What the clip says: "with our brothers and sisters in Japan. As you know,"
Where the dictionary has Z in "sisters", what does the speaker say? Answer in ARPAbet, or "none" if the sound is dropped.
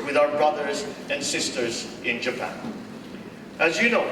Z